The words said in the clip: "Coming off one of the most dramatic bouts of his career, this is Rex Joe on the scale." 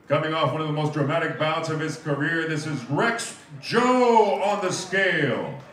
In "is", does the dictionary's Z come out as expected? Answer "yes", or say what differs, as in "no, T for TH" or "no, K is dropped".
yes